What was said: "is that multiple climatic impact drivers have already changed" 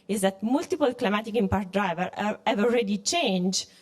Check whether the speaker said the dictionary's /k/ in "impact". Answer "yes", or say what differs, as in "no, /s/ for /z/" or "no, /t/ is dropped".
no, /k/ is dropped